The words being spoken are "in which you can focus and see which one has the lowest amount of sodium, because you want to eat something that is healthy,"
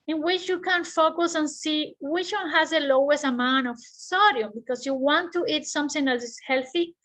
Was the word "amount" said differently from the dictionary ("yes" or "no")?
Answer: yes